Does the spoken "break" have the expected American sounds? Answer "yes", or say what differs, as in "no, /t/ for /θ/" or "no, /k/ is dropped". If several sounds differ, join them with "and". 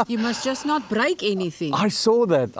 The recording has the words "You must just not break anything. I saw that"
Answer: yes